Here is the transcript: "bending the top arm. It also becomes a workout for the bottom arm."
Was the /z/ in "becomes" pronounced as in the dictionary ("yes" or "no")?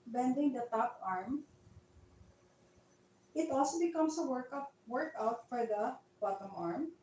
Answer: no